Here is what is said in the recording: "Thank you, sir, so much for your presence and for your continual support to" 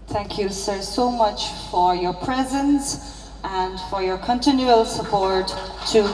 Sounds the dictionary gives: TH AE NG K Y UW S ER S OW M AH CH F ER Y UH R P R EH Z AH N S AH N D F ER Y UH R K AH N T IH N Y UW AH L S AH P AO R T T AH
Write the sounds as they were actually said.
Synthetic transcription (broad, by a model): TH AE NG K Y UW S ER S OW M AH CH F ER Y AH R P R EH Z AH N S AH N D F ER Y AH R K AH N T IH N Y UW AH L S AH P AO R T T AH